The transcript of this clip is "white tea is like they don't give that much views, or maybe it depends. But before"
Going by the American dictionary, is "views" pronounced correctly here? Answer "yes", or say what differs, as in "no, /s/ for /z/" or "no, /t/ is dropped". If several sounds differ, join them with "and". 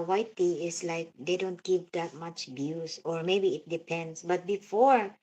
no, /b/ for /v/ and /s/ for /z/